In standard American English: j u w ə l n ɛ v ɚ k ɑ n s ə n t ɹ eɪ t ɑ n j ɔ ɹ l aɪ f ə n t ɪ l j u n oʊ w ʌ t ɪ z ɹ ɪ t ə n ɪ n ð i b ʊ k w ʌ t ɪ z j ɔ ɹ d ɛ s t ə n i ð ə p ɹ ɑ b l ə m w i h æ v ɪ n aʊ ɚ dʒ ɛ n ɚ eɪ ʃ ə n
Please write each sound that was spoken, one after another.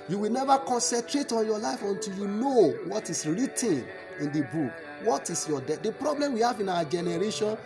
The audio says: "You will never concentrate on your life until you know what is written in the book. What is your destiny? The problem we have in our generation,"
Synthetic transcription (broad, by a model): j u w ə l n ɛ v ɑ k ɑ n s ə n t ɹ eɪ t ɑ n j ɔ l aɪ f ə n t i l j u n oʊ w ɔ t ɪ s ɹ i t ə n ɪ n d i b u k w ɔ t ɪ s j ɔ d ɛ t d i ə p ɹ ɑ b l ə m w i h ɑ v ɪ n aʊ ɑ dʒ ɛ n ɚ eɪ ʃ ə n